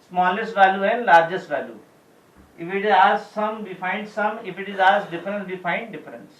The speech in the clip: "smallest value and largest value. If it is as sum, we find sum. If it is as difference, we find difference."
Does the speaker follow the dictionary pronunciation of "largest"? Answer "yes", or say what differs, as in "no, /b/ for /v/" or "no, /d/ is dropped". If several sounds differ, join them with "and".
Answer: yes